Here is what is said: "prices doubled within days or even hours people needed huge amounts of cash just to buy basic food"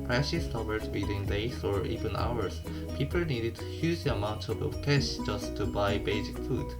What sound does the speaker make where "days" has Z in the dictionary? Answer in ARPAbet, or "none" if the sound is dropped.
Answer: S